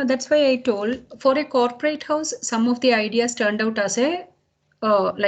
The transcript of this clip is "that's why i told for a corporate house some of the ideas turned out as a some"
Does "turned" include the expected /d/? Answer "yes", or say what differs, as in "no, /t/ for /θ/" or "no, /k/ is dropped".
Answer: yes